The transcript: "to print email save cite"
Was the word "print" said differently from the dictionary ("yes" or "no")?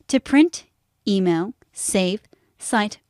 no